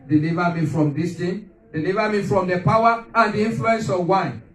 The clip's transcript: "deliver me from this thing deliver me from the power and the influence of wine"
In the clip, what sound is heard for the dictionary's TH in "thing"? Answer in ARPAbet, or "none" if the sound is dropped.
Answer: T